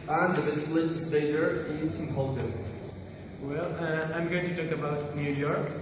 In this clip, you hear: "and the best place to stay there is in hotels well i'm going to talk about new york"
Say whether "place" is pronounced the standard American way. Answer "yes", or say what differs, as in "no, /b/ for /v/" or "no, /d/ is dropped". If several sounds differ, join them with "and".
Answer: no, /s/ is dropped